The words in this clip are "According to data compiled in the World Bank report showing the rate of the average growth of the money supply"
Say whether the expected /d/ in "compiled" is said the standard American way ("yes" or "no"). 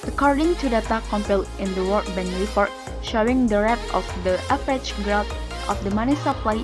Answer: no